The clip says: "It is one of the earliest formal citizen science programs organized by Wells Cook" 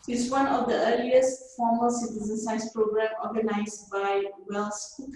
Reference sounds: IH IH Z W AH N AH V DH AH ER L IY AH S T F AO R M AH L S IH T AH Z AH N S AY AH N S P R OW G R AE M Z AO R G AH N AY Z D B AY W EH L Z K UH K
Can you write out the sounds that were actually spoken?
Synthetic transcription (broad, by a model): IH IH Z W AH N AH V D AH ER L IY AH S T F AO M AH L S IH T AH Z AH N S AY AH S P R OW G R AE M AO G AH N AY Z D B AY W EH L S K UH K